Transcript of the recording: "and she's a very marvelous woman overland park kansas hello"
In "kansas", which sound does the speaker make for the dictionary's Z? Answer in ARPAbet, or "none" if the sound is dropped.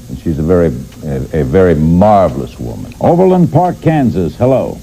Z